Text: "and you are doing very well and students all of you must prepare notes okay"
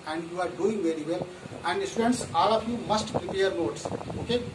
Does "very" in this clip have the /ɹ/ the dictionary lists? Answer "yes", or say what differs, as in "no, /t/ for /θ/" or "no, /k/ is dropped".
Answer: yes